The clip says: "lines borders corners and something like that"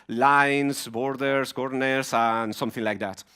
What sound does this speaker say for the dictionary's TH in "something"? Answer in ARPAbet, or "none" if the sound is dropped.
TH